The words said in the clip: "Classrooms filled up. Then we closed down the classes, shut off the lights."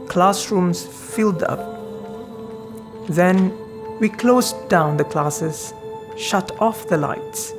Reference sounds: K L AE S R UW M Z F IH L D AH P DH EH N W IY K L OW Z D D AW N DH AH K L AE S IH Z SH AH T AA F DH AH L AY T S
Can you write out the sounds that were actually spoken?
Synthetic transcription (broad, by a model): K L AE S R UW M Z F IH L D AH P DH EH N W IY K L OW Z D D AW N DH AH K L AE S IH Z SH AH T AA F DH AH L AY T S